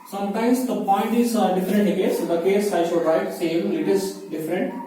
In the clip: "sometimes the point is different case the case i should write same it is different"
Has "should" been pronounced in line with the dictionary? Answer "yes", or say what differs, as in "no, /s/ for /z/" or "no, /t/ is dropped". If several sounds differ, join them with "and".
yes